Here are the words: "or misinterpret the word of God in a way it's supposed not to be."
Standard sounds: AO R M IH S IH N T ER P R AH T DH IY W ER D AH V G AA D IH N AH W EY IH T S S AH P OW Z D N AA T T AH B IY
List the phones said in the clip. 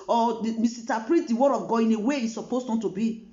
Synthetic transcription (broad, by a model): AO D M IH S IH T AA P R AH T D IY W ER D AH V G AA IH N AH W EY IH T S S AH P OW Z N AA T T AH B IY